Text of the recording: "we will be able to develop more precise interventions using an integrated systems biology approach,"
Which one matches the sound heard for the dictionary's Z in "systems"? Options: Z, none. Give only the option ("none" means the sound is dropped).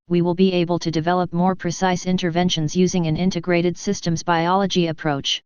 Z